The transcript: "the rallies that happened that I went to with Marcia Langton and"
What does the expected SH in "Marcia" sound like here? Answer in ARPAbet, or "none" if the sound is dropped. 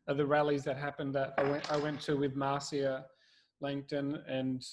S